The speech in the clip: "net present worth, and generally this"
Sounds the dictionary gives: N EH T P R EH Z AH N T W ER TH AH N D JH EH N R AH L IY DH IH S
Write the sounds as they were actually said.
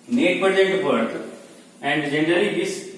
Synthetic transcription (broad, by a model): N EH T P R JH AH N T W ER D AH N D JH EH N R AH L IY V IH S